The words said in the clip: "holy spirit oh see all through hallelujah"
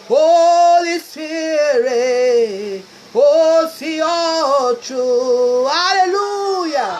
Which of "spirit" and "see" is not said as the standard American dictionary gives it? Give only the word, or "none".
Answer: spirit